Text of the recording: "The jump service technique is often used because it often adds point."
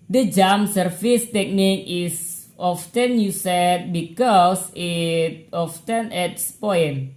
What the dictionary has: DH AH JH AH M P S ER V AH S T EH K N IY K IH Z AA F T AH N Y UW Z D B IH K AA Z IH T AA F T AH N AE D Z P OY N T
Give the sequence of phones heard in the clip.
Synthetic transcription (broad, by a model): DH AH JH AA M S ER F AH S T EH K N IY K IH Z AA F T AH N Y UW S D B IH K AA S IH T AA F T AH N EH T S P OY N